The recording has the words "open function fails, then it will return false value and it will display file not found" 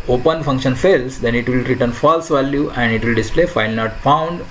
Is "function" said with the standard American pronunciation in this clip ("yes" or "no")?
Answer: yes